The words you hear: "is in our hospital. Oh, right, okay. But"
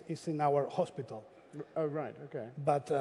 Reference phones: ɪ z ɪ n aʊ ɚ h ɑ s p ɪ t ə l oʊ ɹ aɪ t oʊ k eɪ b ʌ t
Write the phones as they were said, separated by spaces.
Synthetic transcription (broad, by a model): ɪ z ɪ n aʊ ɚ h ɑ s p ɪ t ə l oʊ ɹ aɪ t oʊ k eɪ b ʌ t